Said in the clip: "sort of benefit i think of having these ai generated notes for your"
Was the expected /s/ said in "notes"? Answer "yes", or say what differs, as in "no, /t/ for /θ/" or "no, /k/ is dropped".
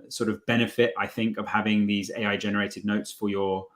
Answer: yes